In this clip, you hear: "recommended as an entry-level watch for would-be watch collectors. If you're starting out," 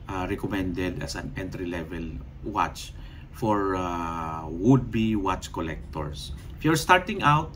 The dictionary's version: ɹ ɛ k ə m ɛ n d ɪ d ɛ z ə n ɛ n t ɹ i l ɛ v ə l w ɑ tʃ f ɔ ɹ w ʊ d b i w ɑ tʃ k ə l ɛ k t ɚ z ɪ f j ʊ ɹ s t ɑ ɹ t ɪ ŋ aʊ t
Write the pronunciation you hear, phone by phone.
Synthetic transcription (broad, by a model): ɹ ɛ k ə m ɛ n d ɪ d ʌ s ə n ɛ n t ɹ i l ɛ v ə l w ɑ tʃ f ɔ ɹ w ʊ d b i w ɑ tʃ k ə l ɛ k t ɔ s ɪ f j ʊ ɹ s t ɑ ɹ t ɪ ŋ aʊ t